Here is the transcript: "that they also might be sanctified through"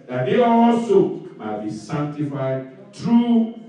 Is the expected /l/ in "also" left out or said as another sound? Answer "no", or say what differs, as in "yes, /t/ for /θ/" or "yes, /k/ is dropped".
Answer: yes, /l/ is dropped